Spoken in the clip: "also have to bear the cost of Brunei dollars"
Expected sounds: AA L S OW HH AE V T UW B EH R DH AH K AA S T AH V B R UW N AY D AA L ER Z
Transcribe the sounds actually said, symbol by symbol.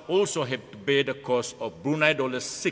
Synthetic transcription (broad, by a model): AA L S OW HH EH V T UW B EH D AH K AA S AH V B R UW N AY D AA L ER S